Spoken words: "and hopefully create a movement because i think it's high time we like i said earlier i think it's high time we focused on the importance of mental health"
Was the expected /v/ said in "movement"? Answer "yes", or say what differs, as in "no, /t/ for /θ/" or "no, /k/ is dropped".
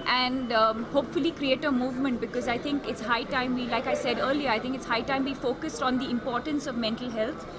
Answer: yes